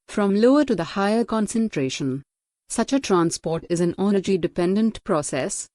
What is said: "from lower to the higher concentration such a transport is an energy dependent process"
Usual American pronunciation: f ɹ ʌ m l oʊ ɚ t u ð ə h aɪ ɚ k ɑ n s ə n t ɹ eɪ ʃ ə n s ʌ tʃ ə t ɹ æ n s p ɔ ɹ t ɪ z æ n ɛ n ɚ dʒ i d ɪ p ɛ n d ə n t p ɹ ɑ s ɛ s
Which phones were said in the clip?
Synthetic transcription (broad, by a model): f ɹ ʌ m l oʊ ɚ t u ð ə h aɪ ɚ k ɑ n s ə n t ɹ eɪ ʃ ə n s ʌ tʃ ə t ɹ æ n s p ɔ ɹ t ɪ z æ n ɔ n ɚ dʒ i d ɪ p ɛ n d ə n t p ɹ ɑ s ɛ s